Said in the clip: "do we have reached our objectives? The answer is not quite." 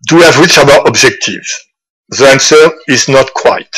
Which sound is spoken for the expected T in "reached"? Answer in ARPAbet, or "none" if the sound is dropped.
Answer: none